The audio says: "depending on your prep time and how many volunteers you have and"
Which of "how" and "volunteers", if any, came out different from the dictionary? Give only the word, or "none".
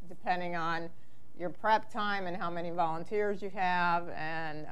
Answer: none